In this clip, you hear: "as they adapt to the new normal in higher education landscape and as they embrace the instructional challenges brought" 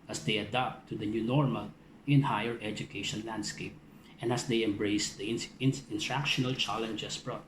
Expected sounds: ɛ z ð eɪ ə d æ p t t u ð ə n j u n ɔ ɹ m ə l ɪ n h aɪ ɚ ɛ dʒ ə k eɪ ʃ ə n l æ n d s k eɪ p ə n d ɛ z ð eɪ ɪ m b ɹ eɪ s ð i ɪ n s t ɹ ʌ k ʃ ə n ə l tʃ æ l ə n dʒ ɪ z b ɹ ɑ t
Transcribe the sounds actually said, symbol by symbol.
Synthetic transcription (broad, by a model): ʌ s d eɪ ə d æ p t t u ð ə n j u n ɔ ɹ m ə l ɪ n h aɪ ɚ ɛ dʒ ə k eɪ ʃ ə n l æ n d s k eɪ p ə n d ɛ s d eɪ ɪ m b ɹ eɪ s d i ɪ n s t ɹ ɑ k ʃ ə n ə l tʃ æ l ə n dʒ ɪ s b ɹ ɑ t